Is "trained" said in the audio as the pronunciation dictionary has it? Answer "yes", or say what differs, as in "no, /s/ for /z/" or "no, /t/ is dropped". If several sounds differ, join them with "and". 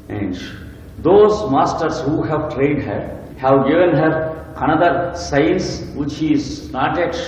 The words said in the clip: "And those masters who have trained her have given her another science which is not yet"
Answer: no, /n/ is dropped